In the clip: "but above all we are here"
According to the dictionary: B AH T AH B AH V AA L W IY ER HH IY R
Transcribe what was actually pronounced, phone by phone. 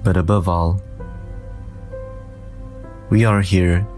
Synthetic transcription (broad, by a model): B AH T AH B AH V AA L W IY ER HH IY R